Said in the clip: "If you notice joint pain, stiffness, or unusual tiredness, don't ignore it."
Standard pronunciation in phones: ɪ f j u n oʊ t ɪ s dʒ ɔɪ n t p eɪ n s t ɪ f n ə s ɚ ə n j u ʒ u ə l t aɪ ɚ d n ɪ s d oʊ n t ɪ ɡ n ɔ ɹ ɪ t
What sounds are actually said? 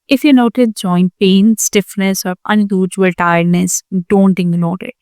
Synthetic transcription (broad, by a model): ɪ f j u n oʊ t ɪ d dʒ ɔɪ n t p eɪ n s t ɪ f n ə s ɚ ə n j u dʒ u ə l t aɪ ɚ d n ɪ s d oʊ n t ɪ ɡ l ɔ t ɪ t